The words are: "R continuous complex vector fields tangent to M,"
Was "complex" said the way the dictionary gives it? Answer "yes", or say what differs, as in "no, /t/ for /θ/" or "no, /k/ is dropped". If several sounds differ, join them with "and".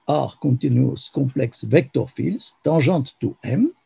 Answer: no, /m/ is dropped